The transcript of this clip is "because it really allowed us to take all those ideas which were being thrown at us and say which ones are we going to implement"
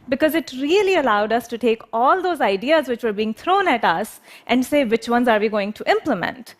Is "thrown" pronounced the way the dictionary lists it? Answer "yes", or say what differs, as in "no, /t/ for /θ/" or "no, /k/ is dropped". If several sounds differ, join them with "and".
no, /t/ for /θ/